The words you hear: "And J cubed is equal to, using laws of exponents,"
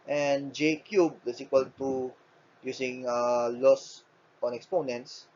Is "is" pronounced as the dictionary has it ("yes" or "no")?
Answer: no